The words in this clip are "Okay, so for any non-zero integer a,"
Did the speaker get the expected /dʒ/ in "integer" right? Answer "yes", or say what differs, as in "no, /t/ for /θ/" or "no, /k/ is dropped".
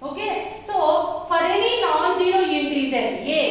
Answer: no, /z/ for /dʒ/